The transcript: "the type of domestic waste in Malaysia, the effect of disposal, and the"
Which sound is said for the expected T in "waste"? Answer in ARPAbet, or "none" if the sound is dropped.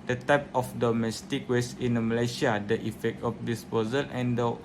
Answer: none